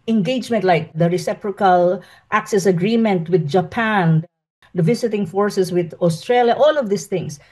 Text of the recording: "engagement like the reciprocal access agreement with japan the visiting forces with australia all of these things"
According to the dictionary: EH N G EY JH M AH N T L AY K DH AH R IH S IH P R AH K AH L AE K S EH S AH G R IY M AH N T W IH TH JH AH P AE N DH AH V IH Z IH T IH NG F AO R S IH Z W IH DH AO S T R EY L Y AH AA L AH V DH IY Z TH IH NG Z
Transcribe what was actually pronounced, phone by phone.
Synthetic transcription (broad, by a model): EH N G EY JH M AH N T L AY K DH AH R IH S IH P R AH K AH L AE K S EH S AH G R IY M AH N T W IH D JH AH P AE N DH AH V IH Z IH T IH NG F AO R S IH S W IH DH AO S T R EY L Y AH AA L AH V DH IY S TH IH NG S